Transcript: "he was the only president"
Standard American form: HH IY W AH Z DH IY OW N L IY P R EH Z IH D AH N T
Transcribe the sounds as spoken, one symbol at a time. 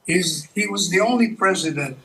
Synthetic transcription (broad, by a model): HH IY W AH Z DH IY OW N L IY P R EH Z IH D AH N T